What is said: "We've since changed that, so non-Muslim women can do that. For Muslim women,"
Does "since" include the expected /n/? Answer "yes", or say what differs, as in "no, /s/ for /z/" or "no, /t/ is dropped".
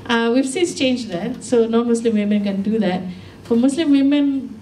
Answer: no, /n/ is dropped